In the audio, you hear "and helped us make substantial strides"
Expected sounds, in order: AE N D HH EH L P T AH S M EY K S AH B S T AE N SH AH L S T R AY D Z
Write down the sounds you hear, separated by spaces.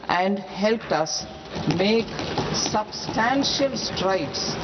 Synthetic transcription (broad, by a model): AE N D HH EH L P T AH S M EY K S AH B S T AE N SH AH L S T R AY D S